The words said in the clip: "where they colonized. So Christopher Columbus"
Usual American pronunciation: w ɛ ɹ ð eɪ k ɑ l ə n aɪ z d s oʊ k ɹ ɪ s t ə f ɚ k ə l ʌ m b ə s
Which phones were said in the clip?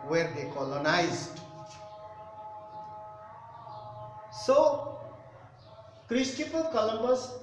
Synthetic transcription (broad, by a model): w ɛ ɹ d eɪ k ɑ l ə n aɪ z d s oʊ k ɹ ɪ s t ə p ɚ k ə l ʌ m b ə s